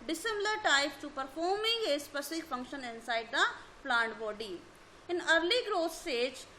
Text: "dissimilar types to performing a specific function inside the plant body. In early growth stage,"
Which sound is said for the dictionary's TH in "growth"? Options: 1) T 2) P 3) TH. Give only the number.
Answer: 1